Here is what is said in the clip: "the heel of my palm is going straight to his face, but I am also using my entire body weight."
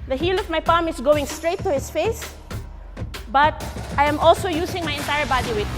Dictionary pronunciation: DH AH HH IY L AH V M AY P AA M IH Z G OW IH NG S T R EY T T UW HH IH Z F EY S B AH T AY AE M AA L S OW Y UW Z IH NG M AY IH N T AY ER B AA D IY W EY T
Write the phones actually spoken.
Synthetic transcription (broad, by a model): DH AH HH IY L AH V M AY P AA M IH S G OW IH NG S T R EY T T UW HH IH S F EY S B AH T AY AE M AA L S OW Y UW S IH NG M AY IH N T AY ER B AA D IY W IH